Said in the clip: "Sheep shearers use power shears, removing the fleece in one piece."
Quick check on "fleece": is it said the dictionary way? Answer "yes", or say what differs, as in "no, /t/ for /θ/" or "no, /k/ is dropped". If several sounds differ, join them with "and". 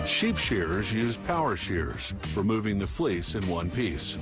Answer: yes